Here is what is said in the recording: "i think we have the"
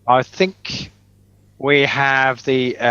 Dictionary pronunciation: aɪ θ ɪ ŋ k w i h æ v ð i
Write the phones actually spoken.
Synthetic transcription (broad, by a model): aɪ θ ɪ ŋ k w i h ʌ v ð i